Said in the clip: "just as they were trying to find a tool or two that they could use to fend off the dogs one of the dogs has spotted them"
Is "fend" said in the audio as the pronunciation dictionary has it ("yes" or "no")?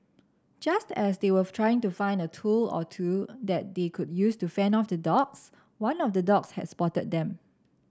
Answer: no